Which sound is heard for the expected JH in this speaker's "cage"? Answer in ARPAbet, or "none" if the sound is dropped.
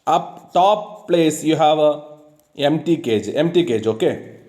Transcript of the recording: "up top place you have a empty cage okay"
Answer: JH